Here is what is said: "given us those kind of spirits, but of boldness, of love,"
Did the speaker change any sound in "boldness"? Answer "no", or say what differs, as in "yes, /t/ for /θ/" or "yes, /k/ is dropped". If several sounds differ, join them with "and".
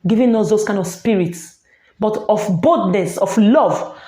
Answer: yes, /l/ is dropped